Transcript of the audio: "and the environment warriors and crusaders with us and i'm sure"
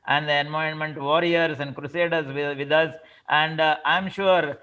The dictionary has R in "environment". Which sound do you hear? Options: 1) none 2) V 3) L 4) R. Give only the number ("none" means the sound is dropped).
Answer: 1